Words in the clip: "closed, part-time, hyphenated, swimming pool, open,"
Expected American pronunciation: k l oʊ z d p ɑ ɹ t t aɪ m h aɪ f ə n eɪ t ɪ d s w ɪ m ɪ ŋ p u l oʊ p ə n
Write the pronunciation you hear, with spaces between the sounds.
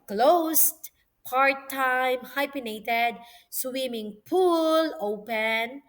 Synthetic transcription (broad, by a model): k l oʊ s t p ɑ ɹ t t aɪ m h aɪ p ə n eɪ t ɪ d s w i m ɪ ŋ p u l oʊ p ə n